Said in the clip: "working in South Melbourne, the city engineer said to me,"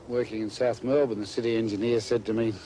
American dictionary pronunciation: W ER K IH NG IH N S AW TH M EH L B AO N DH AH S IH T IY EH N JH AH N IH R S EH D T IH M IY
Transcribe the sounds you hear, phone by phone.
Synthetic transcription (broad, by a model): W ER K IH NG IH N S AW TH M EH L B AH N DH AH S IH T IY EH N JH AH N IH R S EH D T IH M IY